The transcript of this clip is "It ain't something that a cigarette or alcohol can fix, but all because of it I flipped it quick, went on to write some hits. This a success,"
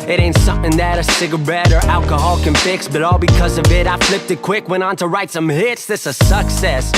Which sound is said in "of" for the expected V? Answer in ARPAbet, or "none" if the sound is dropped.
V